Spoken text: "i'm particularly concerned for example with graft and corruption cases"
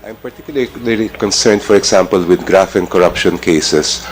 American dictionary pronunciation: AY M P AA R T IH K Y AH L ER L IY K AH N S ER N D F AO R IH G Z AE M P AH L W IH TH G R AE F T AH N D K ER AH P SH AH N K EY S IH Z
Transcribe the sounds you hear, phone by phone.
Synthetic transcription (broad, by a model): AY M P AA R T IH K Y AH L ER L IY K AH N S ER N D F AO R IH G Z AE M P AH L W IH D G R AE F AH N K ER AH P SH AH N K EY S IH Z